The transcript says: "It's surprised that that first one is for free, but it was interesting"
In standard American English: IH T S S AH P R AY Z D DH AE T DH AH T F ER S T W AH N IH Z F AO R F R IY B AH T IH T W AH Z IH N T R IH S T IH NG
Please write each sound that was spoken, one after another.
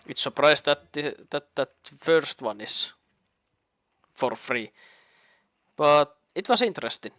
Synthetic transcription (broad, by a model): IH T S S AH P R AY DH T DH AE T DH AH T F ER S T W AH N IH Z F AO R F R IY B AH T IH T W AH S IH N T R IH S T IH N